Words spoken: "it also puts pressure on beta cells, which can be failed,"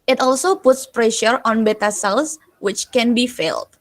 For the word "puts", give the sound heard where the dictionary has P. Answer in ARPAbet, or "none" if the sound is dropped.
P